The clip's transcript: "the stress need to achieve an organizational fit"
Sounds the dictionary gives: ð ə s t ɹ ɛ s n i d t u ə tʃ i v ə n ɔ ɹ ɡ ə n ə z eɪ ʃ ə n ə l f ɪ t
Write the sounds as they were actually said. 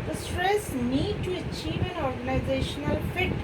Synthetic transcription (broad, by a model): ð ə s t ɹ ɛ s n i d t u ə tʃ i v ə n ɔ ɹ ɡ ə n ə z eɪ ʃ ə n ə l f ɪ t